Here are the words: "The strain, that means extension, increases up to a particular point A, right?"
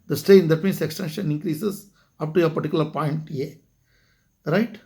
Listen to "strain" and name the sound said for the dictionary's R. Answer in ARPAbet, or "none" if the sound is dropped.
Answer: none